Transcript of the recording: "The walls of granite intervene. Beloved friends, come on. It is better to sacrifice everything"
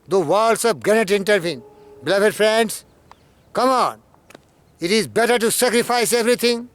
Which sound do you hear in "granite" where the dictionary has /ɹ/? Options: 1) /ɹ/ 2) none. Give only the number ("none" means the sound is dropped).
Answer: 2